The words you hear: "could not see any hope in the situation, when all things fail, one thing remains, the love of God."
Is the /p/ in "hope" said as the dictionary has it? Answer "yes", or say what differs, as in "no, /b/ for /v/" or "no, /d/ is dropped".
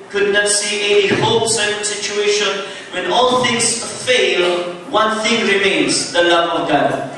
no, /p/ is dropped